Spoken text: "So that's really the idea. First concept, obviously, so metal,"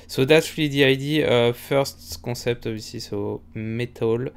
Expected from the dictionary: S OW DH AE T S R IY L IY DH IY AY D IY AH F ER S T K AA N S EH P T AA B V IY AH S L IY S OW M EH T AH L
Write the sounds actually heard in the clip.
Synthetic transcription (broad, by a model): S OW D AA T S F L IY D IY AY D IY AH F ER S T K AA S EH P T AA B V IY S IY S OW M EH T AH L